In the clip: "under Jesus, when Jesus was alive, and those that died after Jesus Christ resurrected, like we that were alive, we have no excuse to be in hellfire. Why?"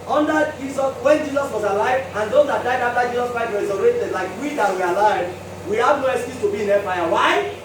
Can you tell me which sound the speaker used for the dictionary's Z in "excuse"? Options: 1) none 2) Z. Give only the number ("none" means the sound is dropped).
1